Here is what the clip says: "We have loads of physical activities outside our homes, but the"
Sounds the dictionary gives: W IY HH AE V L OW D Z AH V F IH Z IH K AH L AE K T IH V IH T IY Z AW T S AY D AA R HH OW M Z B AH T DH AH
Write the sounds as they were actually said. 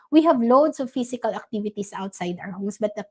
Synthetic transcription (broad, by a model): W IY HH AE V L OW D S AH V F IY S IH K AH L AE K T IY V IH T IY S AW T S AY D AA R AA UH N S B AH T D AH